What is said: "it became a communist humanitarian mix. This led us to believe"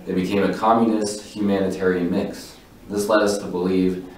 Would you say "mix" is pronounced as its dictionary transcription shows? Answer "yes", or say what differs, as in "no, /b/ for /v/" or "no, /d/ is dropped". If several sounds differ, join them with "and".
yes